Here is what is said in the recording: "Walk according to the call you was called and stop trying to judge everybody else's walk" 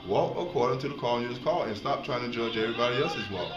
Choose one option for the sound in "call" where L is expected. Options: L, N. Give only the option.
N